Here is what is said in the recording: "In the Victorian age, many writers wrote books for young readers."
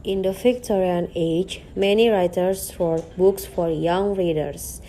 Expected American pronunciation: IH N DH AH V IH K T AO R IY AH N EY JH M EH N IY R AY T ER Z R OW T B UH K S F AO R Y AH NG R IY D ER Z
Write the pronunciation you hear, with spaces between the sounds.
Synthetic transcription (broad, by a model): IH N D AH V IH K T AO R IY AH N EY JH M EH N IY R AY T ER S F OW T B UH K S F AO R Y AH NG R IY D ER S